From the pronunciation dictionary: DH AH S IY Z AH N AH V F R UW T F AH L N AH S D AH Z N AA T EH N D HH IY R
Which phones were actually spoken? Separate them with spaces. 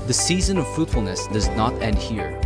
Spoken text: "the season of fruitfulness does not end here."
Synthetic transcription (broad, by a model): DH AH S IY Z AH N AH V F R UW T F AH L N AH S D AH Z N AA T EH N D HH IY R